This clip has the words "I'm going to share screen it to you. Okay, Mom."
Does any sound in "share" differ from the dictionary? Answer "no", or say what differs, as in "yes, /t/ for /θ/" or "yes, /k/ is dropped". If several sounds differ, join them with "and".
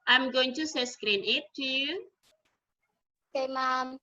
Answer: yes, /s/ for /ʃ/